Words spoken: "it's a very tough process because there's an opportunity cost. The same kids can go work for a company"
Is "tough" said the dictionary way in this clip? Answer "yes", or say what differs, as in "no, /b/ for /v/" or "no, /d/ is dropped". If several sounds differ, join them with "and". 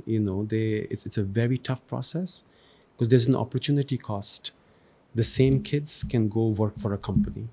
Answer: yes